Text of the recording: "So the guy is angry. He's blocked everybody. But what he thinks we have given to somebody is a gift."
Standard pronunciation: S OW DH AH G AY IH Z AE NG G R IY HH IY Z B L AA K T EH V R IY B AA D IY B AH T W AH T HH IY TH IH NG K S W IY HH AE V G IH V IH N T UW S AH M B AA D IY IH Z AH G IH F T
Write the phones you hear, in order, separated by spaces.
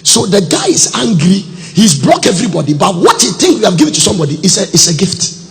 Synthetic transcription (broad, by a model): S OW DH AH G AY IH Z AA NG G R IY HH IY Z B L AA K EH V R IY B AA D IY B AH T W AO T HH IY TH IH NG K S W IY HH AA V G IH V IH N T UW S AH M B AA D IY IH S AH G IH F T